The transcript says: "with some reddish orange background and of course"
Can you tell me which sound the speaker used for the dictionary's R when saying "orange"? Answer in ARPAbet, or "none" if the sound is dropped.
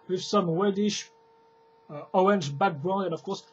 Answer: none